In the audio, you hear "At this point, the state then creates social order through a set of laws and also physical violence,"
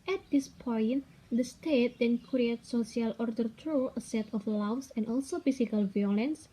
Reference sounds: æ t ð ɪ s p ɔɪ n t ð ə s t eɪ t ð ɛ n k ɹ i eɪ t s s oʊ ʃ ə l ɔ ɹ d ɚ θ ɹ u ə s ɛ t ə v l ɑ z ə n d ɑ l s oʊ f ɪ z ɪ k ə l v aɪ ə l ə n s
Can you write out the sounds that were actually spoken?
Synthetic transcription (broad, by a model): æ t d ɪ s p ɔɪ n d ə s t eɪ t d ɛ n k ɹ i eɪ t s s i ə l ɔ ɹ d ɚ t ɹ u ə s ɛ t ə f l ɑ s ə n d ɑ l s oʊ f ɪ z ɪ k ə l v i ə l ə n s